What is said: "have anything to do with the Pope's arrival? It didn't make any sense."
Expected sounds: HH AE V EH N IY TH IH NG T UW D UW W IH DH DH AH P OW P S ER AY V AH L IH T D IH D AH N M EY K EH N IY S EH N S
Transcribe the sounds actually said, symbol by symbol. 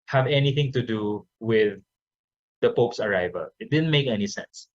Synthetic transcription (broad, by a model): HH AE V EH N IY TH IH NG T UW D UW W IH DH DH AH P OW P S ER AY V AH L IH T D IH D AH N M EY K EH N IY S EH N S